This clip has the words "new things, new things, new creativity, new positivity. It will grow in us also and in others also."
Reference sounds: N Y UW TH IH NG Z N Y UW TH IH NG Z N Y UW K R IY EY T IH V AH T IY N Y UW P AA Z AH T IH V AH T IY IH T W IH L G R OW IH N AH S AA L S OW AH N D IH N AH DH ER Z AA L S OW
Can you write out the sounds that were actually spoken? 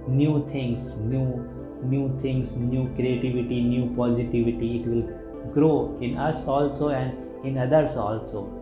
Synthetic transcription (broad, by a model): N Y UW T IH NG S N Y UW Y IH NG S N Y UW K R IY EY T IH V AH T IY N Y UW P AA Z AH T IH V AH T IY IH T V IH L G R OW IH N AH S AA L S OW AH N D IH N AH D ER S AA L S OW